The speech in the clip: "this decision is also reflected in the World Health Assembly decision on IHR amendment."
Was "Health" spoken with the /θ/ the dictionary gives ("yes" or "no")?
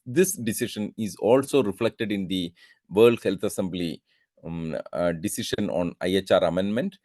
no